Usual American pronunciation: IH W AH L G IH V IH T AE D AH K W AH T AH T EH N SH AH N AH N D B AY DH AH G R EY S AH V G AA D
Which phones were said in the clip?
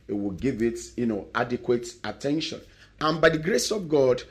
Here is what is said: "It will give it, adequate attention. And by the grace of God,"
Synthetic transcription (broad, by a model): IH W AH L G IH V IH T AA D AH K W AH T AH T EH N SH AH N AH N B AY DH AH G R EY S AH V G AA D